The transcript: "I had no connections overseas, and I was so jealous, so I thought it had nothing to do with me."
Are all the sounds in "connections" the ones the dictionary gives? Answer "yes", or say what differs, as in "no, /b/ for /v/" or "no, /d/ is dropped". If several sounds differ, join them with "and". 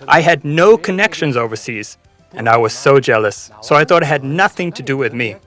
yes